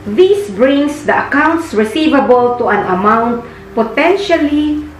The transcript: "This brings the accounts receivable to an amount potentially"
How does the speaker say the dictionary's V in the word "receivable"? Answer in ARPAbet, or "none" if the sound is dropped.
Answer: V